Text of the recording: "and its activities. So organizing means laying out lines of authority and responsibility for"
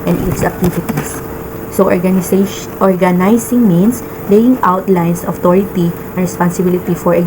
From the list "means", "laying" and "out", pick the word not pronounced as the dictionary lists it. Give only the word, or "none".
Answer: means